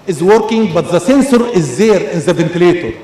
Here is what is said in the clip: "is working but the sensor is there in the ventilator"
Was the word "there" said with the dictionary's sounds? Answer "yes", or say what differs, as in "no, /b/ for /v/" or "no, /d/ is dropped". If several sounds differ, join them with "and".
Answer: yes